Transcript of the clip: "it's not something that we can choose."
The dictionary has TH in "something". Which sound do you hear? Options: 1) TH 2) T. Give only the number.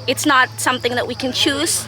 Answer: 1